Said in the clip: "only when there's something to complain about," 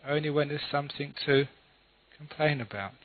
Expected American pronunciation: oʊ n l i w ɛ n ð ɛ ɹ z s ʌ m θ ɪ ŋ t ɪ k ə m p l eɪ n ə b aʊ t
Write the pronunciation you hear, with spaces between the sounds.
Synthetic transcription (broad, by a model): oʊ n l i w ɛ n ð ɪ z s ʌ m θ ɪ ŋ t ɪ k ə m p l eɪ n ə b aʊ t